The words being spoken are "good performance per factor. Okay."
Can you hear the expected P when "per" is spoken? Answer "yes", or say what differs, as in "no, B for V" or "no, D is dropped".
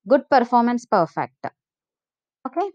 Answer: yes